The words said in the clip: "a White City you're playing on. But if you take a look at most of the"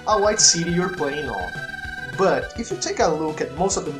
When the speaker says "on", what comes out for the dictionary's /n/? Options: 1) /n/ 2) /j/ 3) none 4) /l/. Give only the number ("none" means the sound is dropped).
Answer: 4